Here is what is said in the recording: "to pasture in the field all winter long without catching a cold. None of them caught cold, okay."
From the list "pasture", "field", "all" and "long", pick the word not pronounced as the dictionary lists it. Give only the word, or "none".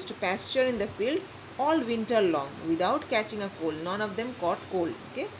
none